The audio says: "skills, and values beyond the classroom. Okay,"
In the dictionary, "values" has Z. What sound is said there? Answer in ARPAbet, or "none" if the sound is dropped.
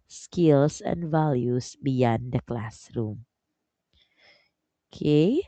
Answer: S